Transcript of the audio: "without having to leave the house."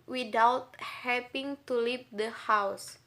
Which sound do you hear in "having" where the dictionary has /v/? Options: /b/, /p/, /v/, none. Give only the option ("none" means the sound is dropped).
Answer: /p/